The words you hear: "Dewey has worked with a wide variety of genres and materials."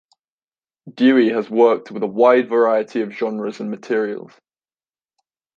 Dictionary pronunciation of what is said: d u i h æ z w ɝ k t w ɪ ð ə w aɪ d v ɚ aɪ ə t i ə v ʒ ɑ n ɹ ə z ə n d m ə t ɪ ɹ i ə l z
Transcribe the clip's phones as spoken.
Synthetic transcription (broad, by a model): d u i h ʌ z w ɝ k t w ɪ ð ə w aɪ d v ɚ aɪ ə t i ə v ʒ ɑ n ɹ ə z ə n m ə t ɪ ɹ i ə l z